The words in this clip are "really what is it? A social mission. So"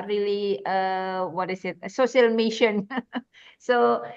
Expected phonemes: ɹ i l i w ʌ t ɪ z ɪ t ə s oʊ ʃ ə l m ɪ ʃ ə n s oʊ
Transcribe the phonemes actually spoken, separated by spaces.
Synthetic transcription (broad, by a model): ɹ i l i w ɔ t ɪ s ɪ t ə s oʊ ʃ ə l m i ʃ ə n s oʊ